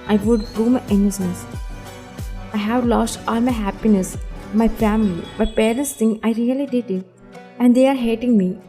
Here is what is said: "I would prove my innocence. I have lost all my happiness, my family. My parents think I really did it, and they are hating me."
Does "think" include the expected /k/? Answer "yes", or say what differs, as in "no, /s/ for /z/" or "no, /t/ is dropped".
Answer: no, /k/ is dropped